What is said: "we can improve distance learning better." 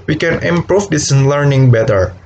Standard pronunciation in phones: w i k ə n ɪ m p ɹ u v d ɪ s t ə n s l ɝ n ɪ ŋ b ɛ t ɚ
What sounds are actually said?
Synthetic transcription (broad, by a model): w i k ə n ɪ m p ɹ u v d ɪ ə s l ɝ n ɪ ŋ b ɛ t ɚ